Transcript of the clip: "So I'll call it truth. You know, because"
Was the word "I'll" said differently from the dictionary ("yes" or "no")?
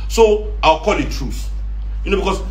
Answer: yes